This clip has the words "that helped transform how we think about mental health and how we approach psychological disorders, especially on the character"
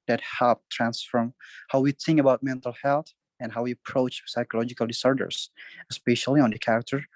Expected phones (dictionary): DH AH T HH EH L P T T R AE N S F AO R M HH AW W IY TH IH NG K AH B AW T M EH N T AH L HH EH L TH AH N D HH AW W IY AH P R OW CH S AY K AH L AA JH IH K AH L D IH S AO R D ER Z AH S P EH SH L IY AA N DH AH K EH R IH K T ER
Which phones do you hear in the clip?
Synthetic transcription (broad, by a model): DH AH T HH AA P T T R AE N S F AO R M HH AW W IY TH IH NG K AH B AW T M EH N T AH L HH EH L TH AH N HH AW W IY AH P R OW CH S AY K AH L AA JH IH K AH L D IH S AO R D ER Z AH S P EH SH L IY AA N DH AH K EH R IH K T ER